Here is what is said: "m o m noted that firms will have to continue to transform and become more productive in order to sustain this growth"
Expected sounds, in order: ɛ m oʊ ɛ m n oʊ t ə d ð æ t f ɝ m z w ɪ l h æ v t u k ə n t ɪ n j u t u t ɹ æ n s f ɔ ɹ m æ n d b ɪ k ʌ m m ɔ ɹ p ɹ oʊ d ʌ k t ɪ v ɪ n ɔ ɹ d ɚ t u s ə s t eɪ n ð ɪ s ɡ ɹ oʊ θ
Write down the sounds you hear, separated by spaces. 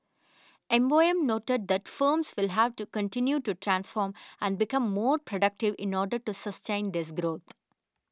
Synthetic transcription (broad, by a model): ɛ m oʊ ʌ m n oʊ t ə d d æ t f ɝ m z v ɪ l h æ v t u k ə n t ɪ n j u t u t ɹ æ n s f ɔ ɹ m æ n d b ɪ k ʌ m m ɔ ɹ p ɹ oʊ d ʌ k t ɪ v ɪ n ɔ ɹ d ɚ t u s ə s t eɪ n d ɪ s ɡ ɹ oʊ t